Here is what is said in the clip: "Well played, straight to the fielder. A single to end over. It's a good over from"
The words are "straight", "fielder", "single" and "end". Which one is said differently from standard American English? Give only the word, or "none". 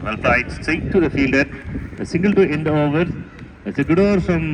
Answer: straight